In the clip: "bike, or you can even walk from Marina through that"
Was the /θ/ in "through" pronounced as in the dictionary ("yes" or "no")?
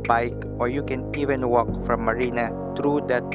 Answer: no